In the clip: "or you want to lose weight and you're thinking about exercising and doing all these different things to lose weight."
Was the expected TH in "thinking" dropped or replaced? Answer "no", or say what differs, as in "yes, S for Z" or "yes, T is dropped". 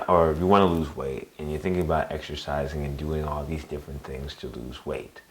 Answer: no